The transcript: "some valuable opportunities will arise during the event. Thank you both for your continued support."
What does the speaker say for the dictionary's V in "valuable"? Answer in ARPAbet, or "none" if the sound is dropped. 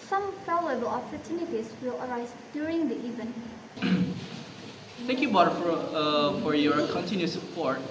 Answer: P